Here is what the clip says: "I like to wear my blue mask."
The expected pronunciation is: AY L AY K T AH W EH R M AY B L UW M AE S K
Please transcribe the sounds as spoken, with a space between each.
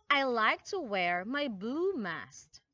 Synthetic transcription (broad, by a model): AY L AY K T AH W EH R M AY B UW M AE S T